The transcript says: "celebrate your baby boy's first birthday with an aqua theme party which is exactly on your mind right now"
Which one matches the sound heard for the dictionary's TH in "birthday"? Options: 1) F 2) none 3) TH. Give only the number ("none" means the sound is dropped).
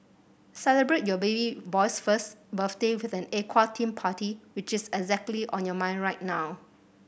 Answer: 1